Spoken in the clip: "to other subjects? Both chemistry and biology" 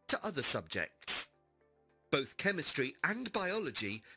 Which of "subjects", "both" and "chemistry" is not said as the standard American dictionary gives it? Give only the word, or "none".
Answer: none